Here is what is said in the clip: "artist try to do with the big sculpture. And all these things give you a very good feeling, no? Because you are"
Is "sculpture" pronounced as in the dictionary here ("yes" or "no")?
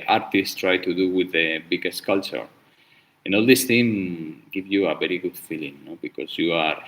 no